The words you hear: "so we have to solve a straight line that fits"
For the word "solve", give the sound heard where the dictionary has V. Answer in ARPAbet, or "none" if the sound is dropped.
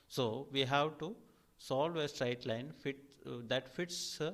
V